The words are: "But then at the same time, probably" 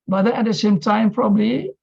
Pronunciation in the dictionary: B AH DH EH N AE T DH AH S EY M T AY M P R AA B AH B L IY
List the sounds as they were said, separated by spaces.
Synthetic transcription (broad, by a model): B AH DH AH AE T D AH S EY M T AY M P R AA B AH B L IY